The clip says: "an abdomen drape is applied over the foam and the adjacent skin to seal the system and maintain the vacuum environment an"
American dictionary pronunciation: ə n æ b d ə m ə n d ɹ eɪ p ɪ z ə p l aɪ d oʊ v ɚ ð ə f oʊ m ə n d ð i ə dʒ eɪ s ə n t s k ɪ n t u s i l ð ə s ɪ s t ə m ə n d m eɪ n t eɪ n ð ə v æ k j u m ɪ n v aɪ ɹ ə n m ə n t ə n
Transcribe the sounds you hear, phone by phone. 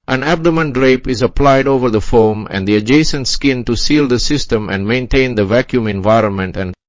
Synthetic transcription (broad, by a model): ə n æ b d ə m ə n d ɹ eɪ p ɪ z ə p l aɪ d oʊ v ɚ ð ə f oʊ m ə n d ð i ə dʒ eɪ s ə n t s k ɪ n t u s i l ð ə s ɪ s t ə m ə n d m eɪ n t eɪ n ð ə v æ k j u m ɪ n v aɪ ɹ ə n m ə n t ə n